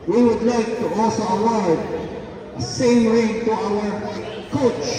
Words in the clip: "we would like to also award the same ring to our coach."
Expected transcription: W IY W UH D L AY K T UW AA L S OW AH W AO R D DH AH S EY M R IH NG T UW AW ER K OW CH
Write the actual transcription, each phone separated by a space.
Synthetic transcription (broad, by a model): W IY W UH D L AY K T UW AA S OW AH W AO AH S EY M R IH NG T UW AW ER K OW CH